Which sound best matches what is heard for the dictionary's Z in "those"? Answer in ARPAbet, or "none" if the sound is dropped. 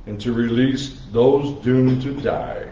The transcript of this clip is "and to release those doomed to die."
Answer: Z